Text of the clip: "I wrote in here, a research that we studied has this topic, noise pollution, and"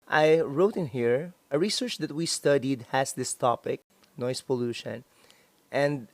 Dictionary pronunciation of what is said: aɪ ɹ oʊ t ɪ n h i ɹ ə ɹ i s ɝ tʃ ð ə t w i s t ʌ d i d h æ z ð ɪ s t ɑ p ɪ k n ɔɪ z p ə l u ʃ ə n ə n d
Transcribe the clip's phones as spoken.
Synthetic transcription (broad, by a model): aɪ ɹ oʊ t ɪ n h i ɹ ə ɹ i s ɝ tʃ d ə t w i s t ʌ d i d h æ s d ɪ s t ɑ p ɪ k n ɔɪ s p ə l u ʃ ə n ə n d